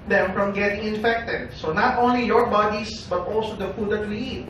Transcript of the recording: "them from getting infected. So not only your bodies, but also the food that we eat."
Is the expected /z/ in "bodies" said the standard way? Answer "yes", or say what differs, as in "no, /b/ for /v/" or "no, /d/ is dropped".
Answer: no, /s/ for /z/